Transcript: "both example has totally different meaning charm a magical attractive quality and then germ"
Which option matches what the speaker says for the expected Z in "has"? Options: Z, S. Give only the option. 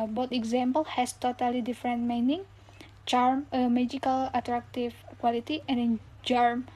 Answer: S